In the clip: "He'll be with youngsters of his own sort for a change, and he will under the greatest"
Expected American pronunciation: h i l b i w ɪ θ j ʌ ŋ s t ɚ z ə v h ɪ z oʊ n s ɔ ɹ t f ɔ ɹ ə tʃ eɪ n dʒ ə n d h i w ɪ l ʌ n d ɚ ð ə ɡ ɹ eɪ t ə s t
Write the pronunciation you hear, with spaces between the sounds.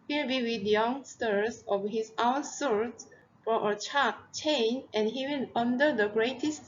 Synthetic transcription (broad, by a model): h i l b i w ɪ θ j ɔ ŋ s t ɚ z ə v h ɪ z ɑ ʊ s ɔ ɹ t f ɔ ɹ ə tʃ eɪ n ə n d h i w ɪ n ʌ n d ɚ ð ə ɡ ɹ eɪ t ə s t